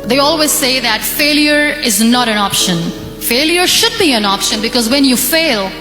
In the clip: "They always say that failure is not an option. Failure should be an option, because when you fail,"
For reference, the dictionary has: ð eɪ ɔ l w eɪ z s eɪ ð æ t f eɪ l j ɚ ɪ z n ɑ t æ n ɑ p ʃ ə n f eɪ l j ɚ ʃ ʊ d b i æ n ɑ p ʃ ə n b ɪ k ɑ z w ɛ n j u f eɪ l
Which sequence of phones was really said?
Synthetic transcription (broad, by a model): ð eɪ ɔ l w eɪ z s eɪ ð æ t f eɪ l j ɚ ɪ z n ɑ t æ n ɑ p ʃ ə n f eɪ l j ɚ ʃ ʊ d b i æ n ɑ p ʃ ə n b ɪ k ɑ z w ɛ n j u f eɪ l